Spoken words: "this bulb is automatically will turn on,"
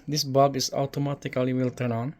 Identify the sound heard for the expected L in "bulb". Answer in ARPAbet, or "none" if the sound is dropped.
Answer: none